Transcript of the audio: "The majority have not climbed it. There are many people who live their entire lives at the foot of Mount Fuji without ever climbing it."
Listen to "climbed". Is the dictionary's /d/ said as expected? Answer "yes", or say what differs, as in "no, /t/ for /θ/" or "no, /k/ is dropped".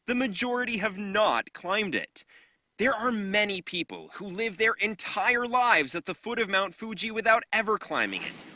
yes